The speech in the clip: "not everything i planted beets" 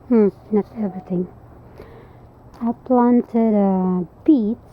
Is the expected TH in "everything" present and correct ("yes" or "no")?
no